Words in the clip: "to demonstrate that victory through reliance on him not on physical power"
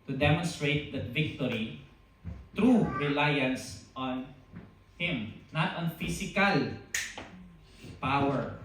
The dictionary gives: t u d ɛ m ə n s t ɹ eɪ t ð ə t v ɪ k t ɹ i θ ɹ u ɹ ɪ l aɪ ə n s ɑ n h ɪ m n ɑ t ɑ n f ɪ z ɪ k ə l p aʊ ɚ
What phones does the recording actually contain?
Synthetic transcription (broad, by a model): t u d ɛ m ə n s t ɹ eɪ t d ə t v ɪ k t ɹ i t ɹ u ɹ ɪ l aɪ ə n s ɑ n h ɪ m n ɑ t ɑ n f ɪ s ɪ k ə l p aʊ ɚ